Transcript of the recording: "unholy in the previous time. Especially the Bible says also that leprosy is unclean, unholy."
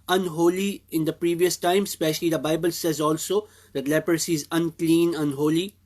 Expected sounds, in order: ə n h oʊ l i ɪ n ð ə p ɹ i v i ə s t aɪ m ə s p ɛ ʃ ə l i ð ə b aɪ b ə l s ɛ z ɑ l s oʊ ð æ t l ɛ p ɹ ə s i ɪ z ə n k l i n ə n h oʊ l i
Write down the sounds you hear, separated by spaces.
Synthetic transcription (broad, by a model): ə n h oʊ l i ɪ n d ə p ɹ i v i ə s t aɪ m s p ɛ ʃ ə l i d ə b aɪ b ə l s ɛ z ɑ l s oʊ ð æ t l ɛ p ɹ ə s i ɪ z ə n k l i n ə n h oʊ l i